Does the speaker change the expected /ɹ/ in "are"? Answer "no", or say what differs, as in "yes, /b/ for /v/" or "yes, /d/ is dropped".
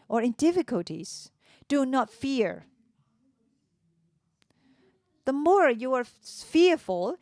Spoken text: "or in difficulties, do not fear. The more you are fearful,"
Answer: no